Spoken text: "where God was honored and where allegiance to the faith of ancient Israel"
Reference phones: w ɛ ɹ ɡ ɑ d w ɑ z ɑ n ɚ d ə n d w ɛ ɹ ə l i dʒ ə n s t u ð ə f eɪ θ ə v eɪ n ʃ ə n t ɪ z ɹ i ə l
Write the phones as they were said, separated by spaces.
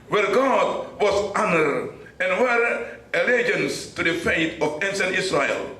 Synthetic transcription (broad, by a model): w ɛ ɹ ɡ ɑ d w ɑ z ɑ n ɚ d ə n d w ɛ ɹ ə l i dʒ ə n s t u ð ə f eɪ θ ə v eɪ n s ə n ɪ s ɹ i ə l